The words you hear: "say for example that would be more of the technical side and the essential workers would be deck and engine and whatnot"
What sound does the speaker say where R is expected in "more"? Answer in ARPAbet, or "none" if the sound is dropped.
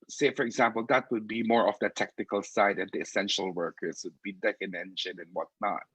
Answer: R